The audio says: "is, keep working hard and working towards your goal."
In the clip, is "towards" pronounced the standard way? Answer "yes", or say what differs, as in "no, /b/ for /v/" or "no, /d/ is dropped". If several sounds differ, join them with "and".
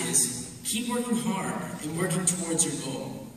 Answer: yes